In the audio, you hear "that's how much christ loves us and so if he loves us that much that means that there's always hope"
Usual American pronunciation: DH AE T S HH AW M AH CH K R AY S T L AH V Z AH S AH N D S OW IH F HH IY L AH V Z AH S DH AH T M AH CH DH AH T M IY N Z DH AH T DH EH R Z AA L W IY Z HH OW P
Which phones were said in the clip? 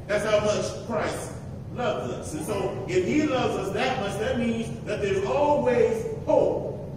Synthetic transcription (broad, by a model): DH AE T S HH AW M AH CH K R AY S T L AH V Z AH S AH N S OW IH F HH IY L AH V Z AH S DH AH T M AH S DH AH T M IY N Z DH AH T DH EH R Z AA L W IY Z HH OW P